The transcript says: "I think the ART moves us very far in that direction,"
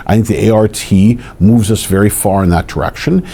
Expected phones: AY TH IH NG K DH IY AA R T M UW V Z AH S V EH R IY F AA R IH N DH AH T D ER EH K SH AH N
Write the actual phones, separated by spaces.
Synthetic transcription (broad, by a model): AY TH IH NG K DH IY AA R T M UW V Z AH S V EH R IY F AA R IH N DH AH T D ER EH K SH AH N